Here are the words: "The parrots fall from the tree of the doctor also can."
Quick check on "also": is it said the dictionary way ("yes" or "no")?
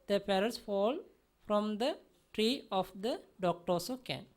no